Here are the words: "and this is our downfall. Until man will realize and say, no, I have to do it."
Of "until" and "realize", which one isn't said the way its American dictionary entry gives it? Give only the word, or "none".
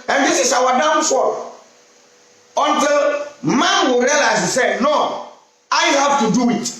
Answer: realize